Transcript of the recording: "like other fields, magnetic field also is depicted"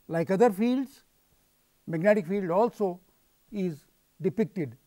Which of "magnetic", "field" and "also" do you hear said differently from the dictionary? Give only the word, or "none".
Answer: none